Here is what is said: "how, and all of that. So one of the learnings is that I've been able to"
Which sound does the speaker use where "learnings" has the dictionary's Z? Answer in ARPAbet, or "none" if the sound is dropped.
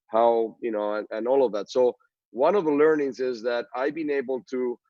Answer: Z